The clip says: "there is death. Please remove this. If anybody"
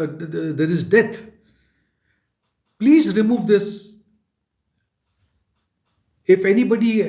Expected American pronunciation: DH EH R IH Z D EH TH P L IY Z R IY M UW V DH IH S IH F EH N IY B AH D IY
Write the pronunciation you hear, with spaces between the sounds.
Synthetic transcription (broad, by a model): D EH R IH Z D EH T P L IY Z R IY M UW V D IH S IH F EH N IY B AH D IY